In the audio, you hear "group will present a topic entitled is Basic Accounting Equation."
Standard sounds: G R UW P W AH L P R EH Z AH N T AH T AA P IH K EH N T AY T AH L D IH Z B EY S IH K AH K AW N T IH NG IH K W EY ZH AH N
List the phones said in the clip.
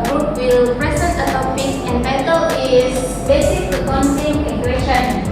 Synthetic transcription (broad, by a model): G R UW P W AH L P R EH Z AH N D AH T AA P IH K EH N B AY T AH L IH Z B EY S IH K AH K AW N S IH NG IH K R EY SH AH N